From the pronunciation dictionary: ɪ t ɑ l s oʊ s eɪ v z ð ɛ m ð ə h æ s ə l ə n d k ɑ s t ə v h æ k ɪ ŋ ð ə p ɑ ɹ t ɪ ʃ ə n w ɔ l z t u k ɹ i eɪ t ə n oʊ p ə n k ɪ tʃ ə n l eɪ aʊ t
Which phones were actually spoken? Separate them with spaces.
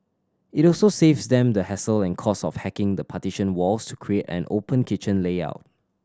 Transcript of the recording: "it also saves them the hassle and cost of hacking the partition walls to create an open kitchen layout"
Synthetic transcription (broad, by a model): ɪ t ɑ l s oʊ s eɪ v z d ɛ m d ə h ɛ s ə l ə n k ɑ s ə f h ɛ k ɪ ŋ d ə p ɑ t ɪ ʃ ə n w ɔ l s t u k ɹ i eɪ t ə n oʊ p ə n k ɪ tʃ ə n l eɪ aʊ t